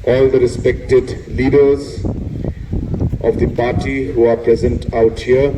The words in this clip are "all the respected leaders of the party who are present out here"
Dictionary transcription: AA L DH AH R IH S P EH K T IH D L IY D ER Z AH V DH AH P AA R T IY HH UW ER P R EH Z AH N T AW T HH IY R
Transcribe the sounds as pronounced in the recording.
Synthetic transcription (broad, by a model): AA L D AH R IH S P EH K T IH D L IY D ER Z AH V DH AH P AA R T IY HH UW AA P R EH Z AH N T AW T HH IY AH